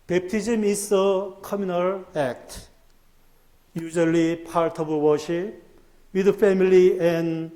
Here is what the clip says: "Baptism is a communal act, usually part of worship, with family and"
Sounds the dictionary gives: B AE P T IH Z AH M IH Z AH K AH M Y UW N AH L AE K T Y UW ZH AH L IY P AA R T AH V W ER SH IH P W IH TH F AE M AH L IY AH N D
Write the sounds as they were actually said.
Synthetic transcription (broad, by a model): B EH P T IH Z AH M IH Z AH K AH M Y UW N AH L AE K T Y UW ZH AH L IY P AA R T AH B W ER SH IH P W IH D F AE M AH L IY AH N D